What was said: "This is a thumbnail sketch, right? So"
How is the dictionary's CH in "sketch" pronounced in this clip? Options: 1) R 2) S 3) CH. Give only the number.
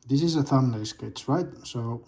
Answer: 2